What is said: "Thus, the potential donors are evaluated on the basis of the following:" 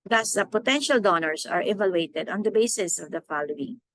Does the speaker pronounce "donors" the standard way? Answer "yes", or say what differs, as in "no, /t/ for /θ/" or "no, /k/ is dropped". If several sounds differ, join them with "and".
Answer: no, /s/ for /z/